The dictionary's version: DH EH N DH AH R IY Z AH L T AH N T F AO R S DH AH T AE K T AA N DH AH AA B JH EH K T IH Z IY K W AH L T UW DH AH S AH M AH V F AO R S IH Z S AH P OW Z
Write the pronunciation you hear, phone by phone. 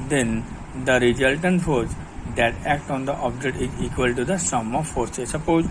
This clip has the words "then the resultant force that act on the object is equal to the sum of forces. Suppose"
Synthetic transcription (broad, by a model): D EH N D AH R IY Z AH L T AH N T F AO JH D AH T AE K T AA N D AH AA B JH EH T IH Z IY K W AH L T UW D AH S AH M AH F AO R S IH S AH P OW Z